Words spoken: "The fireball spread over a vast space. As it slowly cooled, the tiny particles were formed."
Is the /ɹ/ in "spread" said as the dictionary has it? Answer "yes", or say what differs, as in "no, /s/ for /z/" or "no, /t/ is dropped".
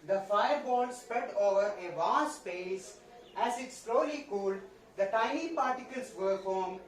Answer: yes